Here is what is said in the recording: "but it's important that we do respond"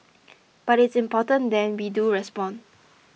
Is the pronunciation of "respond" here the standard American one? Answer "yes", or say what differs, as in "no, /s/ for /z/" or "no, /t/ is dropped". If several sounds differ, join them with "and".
no, /d/ is dropped